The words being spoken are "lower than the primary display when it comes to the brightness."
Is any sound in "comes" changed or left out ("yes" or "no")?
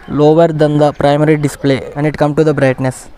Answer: yes